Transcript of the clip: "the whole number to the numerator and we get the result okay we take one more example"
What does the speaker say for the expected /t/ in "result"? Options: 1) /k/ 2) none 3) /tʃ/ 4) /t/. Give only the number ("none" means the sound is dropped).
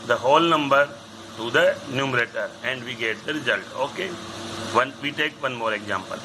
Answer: 4